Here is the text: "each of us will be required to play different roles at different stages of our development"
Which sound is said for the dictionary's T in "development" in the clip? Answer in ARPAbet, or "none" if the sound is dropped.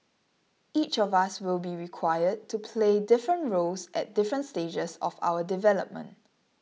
T